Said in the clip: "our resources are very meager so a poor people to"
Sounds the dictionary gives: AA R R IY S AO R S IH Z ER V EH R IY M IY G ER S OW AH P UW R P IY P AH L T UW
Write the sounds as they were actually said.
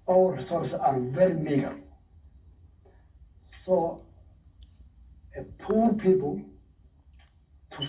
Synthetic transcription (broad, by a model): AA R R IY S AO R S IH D V EH R IY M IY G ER S OW AH P UW R P IY P AH L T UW